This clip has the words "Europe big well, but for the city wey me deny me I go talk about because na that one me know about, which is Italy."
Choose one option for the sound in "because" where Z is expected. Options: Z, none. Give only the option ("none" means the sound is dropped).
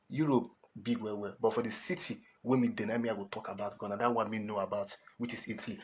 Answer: none